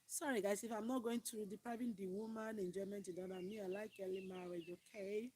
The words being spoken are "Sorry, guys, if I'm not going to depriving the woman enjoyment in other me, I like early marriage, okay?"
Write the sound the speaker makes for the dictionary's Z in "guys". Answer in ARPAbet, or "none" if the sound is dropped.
S